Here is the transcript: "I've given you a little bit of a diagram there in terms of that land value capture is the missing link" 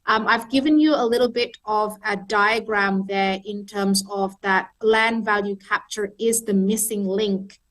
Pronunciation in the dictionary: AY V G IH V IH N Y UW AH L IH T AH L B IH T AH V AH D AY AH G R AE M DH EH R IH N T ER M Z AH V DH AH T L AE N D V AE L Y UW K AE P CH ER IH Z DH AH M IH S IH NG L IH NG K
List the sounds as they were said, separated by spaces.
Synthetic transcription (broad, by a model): AY V G IH V IH N Y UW AH L IH T L B IH T AH V AH D AY AH G R AE M DH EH R IH N T ER M Z AH V DH AH T L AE N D V AE L Y UW K AE P CH ER IH Z DH AH M IH S IH NG L IH NG K